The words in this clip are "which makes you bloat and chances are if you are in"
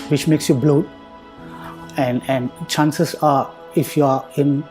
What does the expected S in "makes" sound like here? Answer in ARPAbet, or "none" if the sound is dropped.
S